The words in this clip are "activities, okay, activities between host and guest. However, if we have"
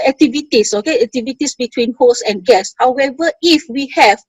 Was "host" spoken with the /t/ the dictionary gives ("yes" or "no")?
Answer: no